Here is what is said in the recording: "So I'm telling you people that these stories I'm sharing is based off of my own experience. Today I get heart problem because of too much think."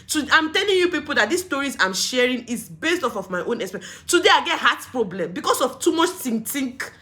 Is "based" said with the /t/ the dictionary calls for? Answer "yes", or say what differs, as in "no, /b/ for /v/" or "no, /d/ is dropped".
yes